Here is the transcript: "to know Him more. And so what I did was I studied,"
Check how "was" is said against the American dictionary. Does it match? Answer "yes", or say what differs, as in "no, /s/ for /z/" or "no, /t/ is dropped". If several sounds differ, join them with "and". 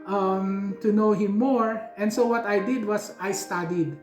no, /s/ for /z/